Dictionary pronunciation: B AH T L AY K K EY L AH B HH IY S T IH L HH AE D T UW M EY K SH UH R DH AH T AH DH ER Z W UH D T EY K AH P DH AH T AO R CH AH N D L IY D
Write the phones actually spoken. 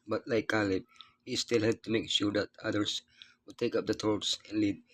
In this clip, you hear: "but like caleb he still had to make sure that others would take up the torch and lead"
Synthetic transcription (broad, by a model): B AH T L AY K K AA L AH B HH IY S T IH L HH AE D T UW M EY K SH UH R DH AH T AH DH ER S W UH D T EY K AH P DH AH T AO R S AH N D L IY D